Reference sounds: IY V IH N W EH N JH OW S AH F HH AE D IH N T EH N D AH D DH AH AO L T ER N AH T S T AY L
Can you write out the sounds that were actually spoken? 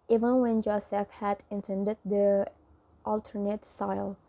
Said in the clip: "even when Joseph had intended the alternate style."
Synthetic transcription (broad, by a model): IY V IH N W EH N JH OW S AH F HH AE D IH N T EH N D AH D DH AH AO L T ER N AH T S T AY L